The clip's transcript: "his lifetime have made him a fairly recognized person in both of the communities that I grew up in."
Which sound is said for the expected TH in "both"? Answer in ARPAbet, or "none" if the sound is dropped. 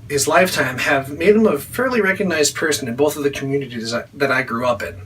TH